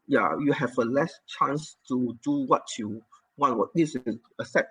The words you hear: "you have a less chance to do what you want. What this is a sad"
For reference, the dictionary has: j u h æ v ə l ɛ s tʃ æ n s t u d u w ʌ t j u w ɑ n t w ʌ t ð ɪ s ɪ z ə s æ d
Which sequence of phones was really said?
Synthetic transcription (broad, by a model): j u h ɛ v ə l ɛ s tʃ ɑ n s t u d u w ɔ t j u w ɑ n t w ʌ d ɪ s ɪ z ə s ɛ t